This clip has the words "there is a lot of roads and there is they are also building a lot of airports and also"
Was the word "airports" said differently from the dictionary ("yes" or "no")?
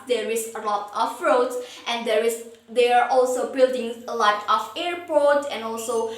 yes